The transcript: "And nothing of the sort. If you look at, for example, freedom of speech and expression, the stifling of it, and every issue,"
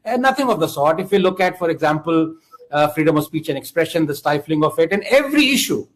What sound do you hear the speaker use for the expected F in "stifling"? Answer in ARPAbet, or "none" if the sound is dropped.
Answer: F